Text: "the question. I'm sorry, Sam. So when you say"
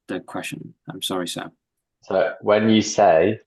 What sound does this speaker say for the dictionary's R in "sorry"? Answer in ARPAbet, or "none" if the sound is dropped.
R